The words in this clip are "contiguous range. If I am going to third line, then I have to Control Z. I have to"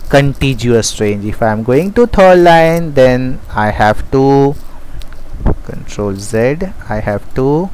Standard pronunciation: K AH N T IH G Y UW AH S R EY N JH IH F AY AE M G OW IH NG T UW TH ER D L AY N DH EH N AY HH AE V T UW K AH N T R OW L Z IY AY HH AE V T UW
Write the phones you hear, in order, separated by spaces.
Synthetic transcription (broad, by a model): K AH N T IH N Y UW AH S R EY N JH IH F AY M G OW IH NG T UW T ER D L AY N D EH N AY HH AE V T UW K AH N T R OW L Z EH AY HH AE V T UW